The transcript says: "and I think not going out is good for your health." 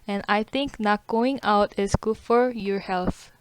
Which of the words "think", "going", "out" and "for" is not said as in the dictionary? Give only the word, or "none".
think